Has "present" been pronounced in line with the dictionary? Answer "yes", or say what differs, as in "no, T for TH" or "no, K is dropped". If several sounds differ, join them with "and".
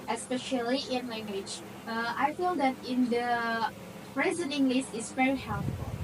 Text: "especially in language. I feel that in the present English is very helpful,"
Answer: no, T is dropped